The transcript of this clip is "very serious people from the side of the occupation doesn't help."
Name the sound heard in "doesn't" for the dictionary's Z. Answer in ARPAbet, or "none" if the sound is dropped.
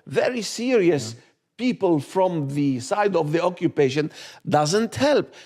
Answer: Z